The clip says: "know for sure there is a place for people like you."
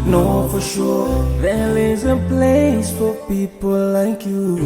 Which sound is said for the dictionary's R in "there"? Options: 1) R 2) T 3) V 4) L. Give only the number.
4